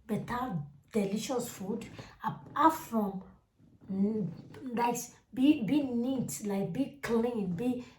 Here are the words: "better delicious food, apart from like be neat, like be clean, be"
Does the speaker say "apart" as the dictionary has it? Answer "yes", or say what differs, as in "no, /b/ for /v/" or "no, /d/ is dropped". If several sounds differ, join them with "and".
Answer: no, /p/ is dropped